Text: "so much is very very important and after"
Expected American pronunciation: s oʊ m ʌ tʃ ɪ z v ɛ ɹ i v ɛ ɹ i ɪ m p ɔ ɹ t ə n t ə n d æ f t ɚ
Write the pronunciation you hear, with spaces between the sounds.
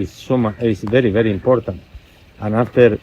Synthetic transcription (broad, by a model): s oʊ m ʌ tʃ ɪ s v ɛ ɹ i v ɛ ɹ i ɪ m p ɔ ɹ t ə n t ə n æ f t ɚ